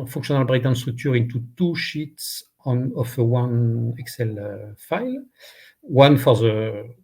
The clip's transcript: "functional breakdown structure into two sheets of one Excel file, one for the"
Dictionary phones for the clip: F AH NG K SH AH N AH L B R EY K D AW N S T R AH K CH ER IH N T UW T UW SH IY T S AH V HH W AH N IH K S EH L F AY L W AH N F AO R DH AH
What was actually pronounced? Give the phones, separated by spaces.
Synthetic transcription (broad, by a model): F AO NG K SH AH N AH L B R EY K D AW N S T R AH K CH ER IH N T UW T UW SH IY T S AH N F W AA N IH K S EH L F AY L W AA N F AO R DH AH